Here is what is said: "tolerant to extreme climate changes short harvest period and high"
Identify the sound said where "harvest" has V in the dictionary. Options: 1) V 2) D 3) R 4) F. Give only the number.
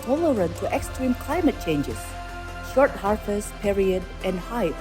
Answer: 4